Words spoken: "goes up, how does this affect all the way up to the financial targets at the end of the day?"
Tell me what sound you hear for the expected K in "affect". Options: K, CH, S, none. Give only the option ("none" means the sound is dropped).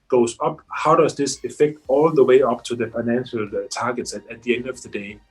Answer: K